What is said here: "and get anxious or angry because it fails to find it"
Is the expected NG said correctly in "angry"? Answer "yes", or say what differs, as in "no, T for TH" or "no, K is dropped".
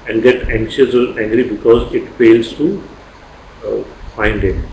yes